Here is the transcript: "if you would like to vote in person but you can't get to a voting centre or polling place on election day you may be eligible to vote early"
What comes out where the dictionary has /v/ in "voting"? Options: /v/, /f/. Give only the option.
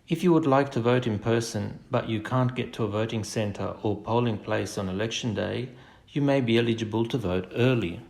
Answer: /v/